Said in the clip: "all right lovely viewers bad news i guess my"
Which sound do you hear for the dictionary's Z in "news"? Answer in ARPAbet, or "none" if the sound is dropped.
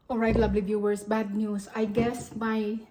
S